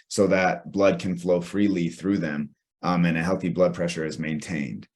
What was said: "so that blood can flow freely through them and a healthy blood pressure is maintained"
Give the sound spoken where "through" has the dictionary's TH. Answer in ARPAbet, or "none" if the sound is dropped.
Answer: TH